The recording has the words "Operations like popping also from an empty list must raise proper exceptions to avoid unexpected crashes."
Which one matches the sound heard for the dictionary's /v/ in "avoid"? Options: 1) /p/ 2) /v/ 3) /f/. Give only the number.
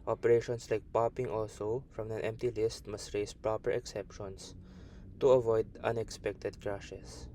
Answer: 2